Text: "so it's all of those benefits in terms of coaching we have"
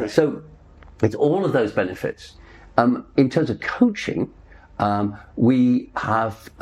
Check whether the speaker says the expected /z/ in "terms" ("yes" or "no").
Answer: yes